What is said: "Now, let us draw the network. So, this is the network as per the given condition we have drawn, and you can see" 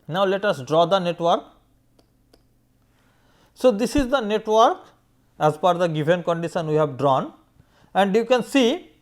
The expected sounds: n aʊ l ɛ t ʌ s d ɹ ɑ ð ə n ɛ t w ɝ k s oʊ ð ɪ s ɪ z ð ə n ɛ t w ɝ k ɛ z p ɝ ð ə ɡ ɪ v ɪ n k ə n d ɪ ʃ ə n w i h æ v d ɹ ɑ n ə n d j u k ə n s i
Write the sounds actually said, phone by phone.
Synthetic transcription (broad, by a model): n aʊ l ɛ t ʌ s d ɹ ɑ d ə n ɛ t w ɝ k s oʊ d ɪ s ɪ z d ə n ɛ t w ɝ k ɛ z f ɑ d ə ɡ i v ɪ n k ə n d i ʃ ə n w i h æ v d ɹ ɑ n ə n d j u k ə n s i